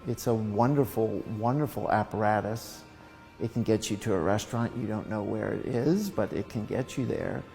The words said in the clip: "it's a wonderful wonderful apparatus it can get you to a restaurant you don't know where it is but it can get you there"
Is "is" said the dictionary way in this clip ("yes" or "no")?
yes